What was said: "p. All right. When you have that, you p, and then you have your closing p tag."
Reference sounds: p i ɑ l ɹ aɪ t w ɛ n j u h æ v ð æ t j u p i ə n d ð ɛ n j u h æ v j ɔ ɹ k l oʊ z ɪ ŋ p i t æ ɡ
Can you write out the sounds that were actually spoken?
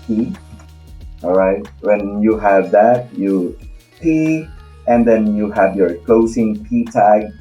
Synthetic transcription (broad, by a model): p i ɑ l ɹ aɪ t w ɛ n j u h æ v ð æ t j u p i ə n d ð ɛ n j u h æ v j ɔ ɹ k l oʊ s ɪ ŋ p i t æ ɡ